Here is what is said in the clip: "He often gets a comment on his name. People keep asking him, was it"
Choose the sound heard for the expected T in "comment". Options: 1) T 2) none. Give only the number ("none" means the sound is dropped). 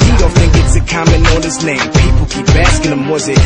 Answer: 2